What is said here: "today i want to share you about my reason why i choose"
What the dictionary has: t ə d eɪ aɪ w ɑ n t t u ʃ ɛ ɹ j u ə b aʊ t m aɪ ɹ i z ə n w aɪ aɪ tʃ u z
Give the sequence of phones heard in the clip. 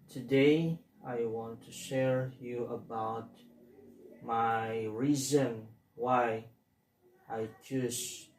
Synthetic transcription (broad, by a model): t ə d eɪ aɪ w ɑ n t t u ʃ ɛ ɹ j u ə b aʊ t m aɪ ɹ i z ə n w aɪ aɪ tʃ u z